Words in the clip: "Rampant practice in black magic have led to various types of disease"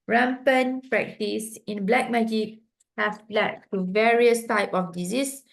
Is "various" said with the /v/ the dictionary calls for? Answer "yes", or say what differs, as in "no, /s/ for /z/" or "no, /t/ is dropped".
yes